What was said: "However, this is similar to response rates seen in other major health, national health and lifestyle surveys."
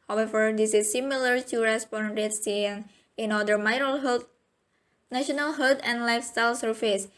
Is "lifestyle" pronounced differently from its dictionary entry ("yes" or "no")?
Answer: no